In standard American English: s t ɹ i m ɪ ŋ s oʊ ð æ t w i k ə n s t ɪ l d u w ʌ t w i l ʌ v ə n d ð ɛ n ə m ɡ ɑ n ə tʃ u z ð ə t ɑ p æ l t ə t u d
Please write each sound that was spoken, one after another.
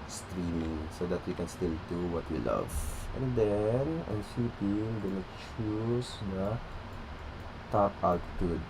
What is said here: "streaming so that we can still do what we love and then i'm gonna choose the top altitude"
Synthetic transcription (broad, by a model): s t ɹ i m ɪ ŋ s oʊ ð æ t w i k ə n s t ɪ l d u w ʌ t w i l ʌ v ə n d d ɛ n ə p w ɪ l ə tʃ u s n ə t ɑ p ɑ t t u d